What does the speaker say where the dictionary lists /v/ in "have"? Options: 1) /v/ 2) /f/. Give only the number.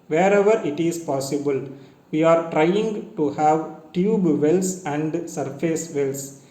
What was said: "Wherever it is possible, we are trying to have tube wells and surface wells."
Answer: 1